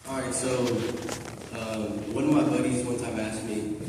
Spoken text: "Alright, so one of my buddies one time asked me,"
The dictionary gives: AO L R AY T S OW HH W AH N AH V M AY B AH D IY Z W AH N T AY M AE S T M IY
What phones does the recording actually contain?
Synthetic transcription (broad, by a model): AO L R AY T S OW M W AH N AH V M AY B AH D IY Z W AH N S AY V AE S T M IY